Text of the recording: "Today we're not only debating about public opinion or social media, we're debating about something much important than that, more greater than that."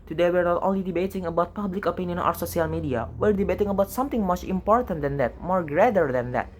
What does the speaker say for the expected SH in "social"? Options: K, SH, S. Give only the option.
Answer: S